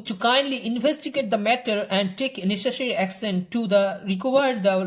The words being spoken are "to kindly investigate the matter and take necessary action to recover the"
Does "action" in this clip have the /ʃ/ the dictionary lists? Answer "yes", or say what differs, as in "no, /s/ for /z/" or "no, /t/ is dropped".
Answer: no, /s/ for /ʃ/